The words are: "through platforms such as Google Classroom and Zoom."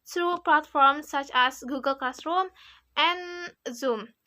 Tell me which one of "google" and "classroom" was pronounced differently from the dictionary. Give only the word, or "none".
classroom